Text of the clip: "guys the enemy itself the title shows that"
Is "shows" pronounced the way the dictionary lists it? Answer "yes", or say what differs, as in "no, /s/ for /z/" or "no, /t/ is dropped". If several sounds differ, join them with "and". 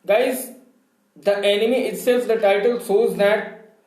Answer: no, /s/ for /ʃ/